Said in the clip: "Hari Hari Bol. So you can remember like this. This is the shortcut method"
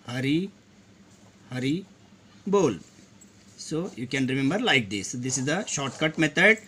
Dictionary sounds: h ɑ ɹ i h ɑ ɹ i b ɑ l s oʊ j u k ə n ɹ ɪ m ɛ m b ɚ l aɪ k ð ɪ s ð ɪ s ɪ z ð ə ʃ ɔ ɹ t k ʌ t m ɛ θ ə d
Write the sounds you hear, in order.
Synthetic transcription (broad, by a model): h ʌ ɹ i h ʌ ɹ i b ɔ l s oʊ j u k ə n ɹ ɪ m ɛ m b ɚ l aɪ k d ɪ s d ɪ s ɪ z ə ʃ ɔ ɹ t k ʌ t m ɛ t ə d